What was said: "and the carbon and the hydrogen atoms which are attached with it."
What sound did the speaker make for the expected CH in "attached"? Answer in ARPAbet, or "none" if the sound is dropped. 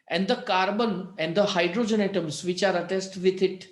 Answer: S